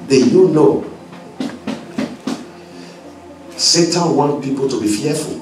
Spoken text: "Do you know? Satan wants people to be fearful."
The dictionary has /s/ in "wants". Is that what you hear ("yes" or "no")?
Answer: no